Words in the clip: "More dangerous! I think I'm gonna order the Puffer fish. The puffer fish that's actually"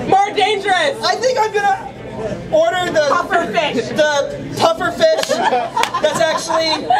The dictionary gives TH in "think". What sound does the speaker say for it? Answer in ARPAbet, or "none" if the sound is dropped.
TH